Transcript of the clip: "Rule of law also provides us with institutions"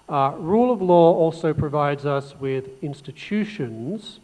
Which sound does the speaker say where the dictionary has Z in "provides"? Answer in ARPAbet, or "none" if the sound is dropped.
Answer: Z